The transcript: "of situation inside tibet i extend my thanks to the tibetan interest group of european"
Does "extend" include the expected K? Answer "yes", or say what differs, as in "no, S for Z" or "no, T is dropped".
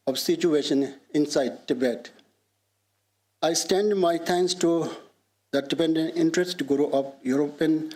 no, K is dropped